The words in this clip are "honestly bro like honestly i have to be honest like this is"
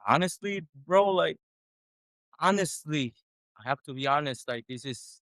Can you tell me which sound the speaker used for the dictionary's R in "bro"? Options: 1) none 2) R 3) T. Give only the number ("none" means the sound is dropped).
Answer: 2